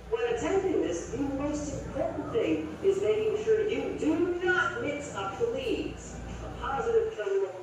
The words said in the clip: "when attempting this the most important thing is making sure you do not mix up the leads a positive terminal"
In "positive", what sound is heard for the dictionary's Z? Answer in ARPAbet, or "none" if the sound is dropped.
Z